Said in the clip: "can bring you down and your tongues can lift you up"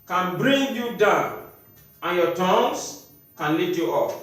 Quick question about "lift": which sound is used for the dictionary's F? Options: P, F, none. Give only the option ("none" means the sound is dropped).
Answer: none